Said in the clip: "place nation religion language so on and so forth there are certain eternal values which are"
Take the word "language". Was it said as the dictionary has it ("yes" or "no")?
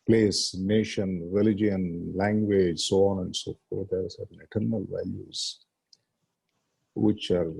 yes